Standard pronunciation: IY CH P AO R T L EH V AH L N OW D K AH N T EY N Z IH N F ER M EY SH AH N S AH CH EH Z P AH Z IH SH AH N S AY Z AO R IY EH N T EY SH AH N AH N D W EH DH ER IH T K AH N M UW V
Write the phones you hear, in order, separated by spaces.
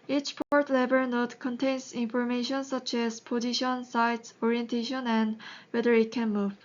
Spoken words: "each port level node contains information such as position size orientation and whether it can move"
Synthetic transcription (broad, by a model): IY CH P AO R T L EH B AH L N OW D K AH N T EY N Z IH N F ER M EY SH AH N S AH CH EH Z P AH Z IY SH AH N S AY S AO R IY EH N T EY SH AH N AH N D W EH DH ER IH T K AH N M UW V